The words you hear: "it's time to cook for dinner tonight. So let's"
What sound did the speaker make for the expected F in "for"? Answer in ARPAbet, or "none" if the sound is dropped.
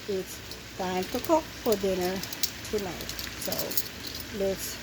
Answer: F